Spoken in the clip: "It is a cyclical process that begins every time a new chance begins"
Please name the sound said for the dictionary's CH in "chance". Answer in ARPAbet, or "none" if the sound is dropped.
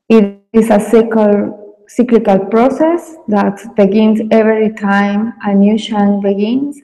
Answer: SH